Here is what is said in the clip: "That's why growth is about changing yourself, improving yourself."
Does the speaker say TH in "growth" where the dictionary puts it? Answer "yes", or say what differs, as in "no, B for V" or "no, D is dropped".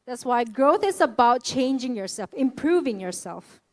yes